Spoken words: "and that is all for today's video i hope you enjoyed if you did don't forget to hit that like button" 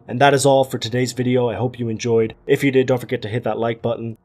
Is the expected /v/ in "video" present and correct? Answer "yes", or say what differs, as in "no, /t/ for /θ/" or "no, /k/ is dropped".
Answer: yes